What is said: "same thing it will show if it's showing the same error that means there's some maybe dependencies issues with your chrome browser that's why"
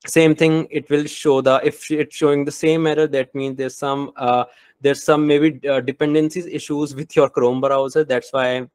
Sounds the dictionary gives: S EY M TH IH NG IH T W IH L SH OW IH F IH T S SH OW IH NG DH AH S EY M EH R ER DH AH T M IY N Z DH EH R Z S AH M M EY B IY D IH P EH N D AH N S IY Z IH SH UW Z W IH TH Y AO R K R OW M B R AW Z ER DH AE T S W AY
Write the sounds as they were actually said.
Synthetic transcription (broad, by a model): S EY M T IH NG IH T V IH L SH OW IH F IH T S SH OW IH NG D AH S EY M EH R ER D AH T M IY N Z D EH R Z S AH M M EY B IY D IH P EH N D AH N S IY Z IH SH UW Z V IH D Y AO R K R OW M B R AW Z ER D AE T S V AY